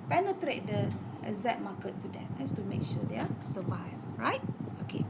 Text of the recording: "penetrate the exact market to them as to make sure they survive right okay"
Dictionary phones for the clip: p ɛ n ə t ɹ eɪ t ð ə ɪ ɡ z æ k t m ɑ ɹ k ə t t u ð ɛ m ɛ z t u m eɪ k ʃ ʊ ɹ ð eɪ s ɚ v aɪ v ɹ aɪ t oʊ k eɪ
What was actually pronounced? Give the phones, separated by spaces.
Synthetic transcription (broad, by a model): p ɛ n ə t ɹ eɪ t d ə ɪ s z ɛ t m ɑ k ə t t u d ɛ m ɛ s t u m eɪ k ʃ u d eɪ s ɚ v aɪ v ɹ aɪ t oʊ k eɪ